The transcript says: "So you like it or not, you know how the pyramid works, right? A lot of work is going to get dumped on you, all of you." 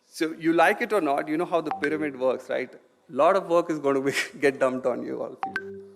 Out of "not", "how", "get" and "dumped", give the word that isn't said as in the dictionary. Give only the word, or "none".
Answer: dumped